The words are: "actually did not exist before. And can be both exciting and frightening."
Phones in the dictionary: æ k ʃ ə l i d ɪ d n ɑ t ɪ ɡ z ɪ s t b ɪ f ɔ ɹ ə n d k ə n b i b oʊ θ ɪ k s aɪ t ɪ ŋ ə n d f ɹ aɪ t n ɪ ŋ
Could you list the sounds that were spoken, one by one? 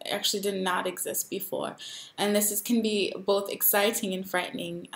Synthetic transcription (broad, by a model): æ k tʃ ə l i d ɪ d n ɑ t ɪ ɡ z ɪ s t b ɪ f ɔ ɹ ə n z k ə n b i b oʊ θ ɪ k s aɪ t ɪ ŋ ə n f ɹ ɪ t n ɪ ŋ